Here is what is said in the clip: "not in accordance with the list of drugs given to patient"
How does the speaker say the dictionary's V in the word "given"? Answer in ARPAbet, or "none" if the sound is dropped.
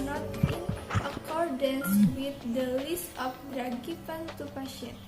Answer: F